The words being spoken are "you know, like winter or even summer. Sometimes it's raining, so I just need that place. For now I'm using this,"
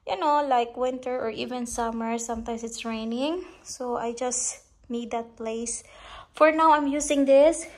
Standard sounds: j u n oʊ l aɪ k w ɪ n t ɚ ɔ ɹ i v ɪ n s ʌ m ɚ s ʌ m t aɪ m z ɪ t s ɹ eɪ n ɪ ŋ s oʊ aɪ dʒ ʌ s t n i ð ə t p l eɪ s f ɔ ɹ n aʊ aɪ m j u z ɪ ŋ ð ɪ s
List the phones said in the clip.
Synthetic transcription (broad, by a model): j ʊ n oʊ l aɪ k w ɪ n t ɚ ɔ ɹ i v ɪ n s ʌ m ɚ s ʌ m t aɪ m s ɪ t s ɹ eɪ n ɪ ŋ s oʊ aɪ dʒ ʌ s t n i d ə t p l eɪ s f ɔ ɹ n aʊ aɪ m j u s ɪ ŋ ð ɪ s